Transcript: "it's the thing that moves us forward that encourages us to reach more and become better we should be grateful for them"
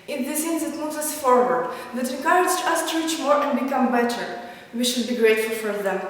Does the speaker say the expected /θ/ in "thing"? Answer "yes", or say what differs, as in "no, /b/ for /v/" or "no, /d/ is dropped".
no, /s/ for /θ/